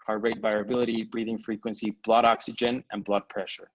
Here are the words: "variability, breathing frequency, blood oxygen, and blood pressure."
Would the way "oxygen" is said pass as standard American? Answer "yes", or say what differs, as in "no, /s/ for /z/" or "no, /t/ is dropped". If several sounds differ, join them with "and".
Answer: yes